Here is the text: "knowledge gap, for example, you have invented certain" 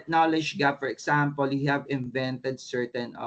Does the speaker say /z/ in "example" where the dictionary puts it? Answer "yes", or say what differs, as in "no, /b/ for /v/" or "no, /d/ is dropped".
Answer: no, /s/ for /z/